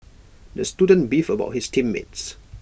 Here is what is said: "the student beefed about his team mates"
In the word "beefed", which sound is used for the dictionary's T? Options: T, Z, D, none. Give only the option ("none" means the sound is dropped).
none